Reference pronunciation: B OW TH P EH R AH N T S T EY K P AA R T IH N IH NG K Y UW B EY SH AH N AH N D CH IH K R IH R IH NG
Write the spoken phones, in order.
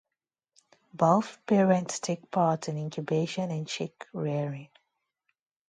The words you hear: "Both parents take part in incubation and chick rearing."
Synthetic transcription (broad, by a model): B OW F P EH R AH N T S T EY K P AA R T IH N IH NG K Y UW B EY SH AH N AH N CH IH K R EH R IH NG